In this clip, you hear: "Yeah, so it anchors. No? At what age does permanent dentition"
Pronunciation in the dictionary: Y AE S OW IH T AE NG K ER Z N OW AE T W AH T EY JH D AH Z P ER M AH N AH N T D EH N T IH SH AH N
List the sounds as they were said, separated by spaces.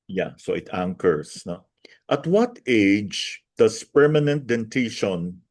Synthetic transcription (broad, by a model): Y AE S OW IH T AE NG K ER S N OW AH T W AH T EY JH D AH S P ER M AH N AH N T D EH N T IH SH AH N